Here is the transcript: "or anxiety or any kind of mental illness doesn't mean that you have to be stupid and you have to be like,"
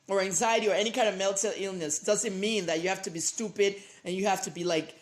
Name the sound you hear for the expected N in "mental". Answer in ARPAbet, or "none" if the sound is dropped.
L